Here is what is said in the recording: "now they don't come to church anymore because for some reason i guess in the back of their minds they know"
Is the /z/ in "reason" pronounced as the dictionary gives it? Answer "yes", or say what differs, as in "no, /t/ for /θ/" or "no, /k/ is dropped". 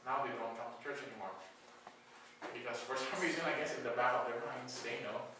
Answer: yes